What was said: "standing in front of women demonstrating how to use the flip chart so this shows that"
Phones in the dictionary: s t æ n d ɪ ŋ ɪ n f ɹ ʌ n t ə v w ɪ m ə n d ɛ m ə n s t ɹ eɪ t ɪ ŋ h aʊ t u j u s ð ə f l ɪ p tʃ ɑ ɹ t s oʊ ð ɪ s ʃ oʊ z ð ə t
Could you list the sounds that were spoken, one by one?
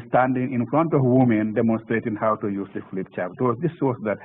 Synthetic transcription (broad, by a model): s t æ n d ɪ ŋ ɪ n f ɹ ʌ n t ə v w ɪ m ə n d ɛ m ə n s t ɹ eɪ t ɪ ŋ h aʊ t u j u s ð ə f l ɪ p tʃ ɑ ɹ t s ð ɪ s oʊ s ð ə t